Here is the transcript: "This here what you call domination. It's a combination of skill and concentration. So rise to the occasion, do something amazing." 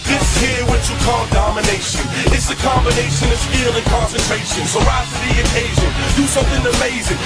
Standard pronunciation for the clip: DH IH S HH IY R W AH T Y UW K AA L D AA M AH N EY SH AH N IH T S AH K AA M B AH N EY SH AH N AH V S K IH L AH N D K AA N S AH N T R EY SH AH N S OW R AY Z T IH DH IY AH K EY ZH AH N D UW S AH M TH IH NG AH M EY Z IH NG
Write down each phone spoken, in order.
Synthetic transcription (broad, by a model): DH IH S HH IY R W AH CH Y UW K AA L D AA M AH N EY SH AH N IH T S AH K AA M B AH N EY SH AH N AH V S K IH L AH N K AA N S AH N T R EY SH AH N S OW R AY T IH DH IY AH K EY ZH AH N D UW S AH M TH IH NG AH M EY Z IH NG